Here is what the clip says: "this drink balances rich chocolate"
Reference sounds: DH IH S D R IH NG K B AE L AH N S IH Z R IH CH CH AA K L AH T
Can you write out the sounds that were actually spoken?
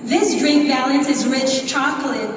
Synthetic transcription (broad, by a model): DH IH S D R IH K B AE L AH N S IH Z R IH CH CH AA K L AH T